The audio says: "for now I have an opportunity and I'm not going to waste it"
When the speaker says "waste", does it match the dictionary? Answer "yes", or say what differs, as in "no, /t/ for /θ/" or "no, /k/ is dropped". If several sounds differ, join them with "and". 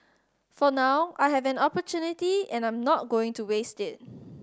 yes